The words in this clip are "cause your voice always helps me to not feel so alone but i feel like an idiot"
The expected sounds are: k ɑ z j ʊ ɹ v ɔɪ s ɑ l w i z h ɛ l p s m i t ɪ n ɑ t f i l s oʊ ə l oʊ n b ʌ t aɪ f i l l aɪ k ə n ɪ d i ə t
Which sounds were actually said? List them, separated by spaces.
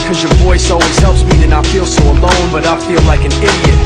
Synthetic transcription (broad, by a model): k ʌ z j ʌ ɹ v ɔɪ s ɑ w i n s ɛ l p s m i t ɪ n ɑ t f i l s oʊ ə l oʊ n b ʌ t aɪ f i l l aɪ k ə n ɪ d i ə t